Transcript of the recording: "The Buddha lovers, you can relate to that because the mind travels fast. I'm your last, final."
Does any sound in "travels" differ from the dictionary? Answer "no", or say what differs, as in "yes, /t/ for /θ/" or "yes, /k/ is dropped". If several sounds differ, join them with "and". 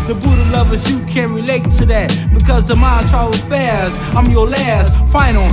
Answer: yes, /v/ is dropped